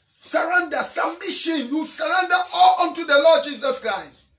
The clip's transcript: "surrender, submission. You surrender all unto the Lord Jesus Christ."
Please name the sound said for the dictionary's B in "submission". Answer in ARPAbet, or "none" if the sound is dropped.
none